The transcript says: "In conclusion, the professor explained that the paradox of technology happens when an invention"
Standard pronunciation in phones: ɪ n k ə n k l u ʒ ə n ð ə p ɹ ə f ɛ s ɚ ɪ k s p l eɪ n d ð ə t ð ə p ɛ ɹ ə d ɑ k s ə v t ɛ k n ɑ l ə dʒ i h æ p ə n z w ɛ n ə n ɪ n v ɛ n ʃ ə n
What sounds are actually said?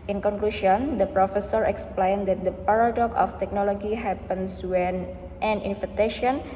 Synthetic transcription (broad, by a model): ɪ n k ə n k l u ʃ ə n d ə p ɹ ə f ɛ s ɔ ɪ k s p l eɪ n d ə t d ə p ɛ ɹ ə d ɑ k ə f t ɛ k n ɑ l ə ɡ i h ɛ p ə n s w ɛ n ə n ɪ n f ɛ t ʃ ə n